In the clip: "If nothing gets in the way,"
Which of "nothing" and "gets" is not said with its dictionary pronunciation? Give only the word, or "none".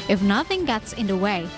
none